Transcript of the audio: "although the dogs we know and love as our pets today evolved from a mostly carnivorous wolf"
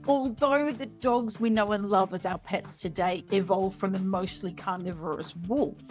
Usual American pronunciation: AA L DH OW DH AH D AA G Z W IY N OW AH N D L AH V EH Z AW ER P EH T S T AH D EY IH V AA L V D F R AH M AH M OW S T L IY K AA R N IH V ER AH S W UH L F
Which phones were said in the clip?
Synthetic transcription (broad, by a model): AA L DH OW DH AH D AA G Z W IY N OW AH N L AH V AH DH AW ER P EH T S T AH D EY IH V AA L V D F R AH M AH M OW S T L IY K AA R N IH V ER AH S W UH L